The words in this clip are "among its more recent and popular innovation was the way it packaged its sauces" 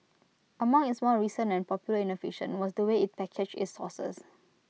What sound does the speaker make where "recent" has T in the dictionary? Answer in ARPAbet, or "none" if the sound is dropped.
none